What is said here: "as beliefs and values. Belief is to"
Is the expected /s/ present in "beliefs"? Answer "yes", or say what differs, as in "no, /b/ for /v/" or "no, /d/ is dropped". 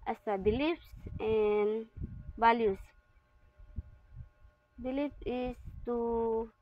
yes